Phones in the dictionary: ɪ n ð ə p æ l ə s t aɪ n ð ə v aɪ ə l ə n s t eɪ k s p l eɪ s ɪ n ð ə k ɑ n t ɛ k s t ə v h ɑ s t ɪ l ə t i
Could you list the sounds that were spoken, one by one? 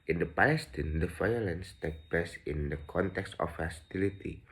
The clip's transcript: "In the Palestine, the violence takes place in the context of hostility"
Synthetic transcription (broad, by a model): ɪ n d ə p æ l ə s t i n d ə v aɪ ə l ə n s t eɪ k p l eɪ s ɪ n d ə k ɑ n t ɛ k s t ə f h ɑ s t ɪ l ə t i